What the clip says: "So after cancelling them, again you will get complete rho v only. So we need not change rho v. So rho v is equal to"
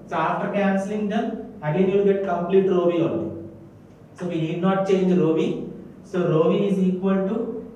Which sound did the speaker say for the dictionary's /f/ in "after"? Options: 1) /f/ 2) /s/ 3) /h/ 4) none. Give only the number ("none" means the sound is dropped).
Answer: 4